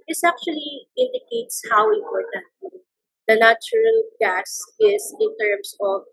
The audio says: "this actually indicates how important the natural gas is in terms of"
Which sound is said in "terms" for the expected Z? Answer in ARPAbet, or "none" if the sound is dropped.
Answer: S